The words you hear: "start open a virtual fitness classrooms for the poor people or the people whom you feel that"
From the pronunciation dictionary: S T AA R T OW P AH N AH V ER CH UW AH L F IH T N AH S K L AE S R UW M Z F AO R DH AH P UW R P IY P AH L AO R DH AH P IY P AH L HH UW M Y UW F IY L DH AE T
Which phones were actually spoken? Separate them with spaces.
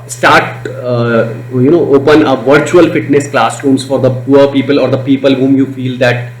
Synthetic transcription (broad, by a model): S T AA R T OW P AH N AH V ER CH UW AH L F IH T N AH S K L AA S R UW M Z F AO R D AH P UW R P IY P AH L AO R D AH P IY P AH L HH UW M Y UW F IY L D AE T